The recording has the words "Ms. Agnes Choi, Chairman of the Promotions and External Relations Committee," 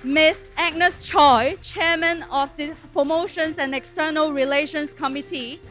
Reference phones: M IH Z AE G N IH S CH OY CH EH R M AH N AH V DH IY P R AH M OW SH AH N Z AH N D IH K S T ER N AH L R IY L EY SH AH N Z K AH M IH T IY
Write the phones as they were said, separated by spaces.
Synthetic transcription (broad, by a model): M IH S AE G N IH S CH OY CH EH M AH N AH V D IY P R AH M OW SH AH N S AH N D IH K S T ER N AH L R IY L EY SH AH N S K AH M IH T IY